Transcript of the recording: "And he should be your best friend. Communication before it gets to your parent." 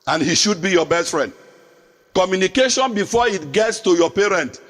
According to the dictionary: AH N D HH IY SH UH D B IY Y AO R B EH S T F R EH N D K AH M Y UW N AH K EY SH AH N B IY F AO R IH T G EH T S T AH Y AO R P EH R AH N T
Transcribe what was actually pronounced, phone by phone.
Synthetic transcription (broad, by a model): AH N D HH IY SH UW D B IY Y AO B EH S T F R EH N D K AH M Y UW N AH K EY SH AH N B IY F AO IH T G EH T S T AH Y AO P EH R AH N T